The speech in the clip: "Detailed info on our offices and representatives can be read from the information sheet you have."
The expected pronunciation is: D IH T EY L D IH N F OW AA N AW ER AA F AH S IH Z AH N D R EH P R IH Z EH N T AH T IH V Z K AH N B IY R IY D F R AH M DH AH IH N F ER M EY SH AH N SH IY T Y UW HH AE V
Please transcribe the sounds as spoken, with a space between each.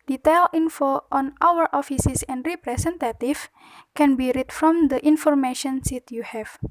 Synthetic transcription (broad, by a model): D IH T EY L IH N F OW AA N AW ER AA F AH S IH S AH N D R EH P R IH S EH N T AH T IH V K AH N B IY R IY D F R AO M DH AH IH N F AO M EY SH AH N S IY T Y UW HH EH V